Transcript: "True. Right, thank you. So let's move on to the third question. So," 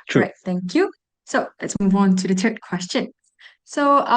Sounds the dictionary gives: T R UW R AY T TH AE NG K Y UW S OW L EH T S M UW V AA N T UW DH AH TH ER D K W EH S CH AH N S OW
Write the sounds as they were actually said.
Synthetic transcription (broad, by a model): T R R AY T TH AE NG K Y UW S OW L EH T S M UW V AA N T UW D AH T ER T K W EH S CH AH N S OW